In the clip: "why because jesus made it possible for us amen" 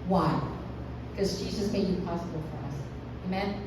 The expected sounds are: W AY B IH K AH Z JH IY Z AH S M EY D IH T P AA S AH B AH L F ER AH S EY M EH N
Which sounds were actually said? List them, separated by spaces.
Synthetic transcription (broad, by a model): W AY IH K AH Z JH IY Z AH S M EY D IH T P AA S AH B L F ER AH S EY M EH N